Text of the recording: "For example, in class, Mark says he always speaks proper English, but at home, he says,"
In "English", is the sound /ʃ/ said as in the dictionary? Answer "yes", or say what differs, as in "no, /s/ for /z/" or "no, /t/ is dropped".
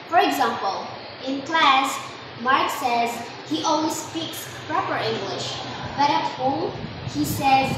yes